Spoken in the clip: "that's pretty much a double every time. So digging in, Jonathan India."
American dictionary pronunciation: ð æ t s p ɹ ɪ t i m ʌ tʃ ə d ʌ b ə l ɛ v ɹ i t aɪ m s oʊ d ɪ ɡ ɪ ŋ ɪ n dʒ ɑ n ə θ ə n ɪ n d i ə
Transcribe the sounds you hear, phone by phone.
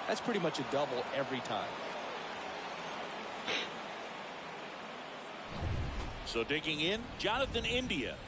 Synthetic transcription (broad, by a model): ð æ t s p ɹ ɪ t i m ʌ tʃ ə d ʌ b l ɛ v ɹ i t aɪ m s oʊ d ɪ ɡ ɪ ŋ ɪ n dʒ ɑ n ə θ ə n ɪ n d i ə